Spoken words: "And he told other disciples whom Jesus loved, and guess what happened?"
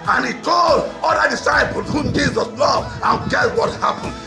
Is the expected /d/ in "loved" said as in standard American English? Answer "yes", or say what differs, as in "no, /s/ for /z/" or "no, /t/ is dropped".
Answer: no, /d/ is dropped